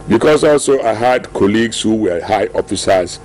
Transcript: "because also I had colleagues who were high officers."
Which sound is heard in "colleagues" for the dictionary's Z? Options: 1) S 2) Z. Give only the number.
1